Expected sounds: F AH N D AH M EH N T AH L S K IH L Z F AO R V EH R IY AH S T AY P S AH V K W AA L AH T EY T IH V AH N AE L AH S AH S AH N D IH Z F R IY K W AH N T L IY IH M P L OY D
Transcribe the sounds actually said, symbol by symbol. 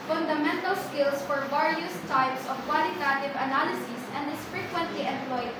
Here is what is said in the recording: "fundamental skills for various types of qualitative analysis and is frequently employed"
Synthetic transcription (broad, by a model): F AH N D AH M EH N T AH L S K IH L S F AO R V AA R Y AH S T AY P S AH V K W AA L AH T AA T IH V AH N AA L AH S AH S AH N D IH S F R IY K W AH N T L IY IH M P L OY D